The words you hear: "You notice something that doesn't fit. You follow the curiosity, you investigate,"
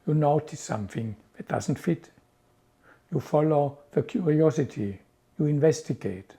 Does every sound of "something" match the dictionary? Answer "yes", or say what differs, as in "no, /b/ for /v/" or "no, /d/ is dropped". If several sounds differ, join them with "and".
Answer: yes